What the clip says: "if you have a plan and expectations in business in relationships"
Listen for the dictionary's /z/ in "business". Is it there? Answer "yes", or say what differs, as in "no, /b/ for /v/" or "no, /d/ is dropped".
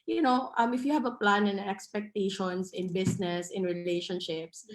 no, /s/ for /z/